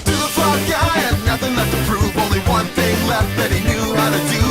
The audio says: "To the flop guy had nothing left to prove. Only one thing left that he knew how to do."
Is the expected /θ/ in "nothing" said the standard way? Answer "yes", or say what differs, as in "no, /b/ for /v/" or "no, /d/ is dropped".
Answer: yes